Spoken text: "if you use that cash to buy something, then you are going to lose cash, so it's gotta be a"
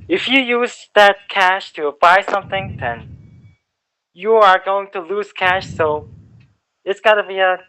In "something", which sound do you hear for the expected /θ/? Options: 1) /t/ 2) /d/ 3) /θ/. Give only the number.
3